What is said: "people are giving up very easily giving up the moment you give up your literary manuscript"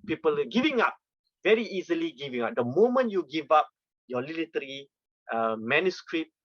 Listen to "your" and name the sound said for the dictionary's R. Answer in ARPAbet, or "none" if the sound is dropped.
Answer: L